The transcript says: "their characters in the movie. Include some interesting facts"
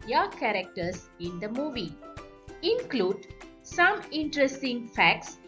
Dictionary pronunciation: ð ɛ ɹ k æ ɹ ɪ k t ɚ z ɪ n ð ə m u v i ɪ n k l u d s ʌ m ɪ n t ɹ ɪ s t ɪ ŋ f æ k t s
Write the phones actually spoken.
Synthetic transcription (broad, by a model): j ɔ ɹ k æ ɹ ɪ k t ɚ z ɪ n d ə m u v i ɪ n k l u d s ʌ m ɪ n t ɹ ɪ s t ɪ ŋ f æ k t s